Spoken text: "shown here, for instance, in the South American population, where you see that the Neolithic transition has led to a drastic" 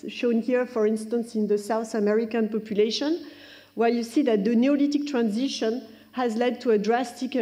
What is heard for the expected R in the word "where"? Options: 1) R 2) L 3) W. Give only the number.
2